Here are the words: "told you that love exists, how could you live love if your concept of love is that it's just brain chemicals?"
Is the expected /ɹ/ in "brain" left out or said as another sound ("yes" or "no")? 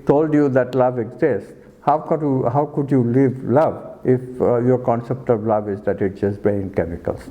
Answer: yes